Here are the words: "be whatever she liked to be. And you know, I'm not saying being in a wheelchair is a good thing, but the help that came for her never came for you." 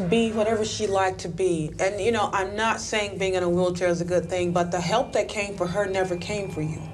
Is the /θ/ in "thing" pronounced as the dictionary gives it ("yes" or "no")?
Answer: yes